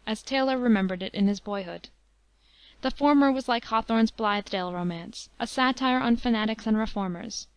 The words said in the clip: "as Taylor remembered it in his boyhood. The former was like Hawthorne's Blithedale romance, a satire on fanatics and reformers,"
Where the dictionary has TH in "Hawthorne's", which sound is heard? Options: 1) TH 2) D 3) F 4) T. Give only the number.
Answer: 1